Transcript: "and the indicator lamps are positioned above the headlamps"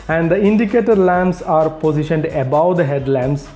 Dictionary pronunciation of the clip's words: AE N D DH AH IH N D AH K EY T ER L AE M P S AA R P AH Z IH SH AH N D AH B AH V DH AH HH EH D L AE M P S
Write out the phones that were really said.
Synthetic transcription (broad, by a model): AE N D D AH IH N D AH K EY T ER L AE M S AA R P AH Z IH SH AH N D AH B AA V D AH HH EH D L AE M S